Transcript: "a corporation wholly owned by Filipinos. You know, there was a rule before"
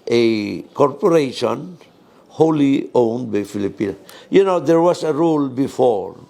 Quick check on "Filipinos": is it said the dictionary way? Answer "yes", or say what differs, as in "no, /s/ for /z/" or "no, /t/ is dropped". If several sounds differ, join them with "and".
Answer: no, /z/ is dropped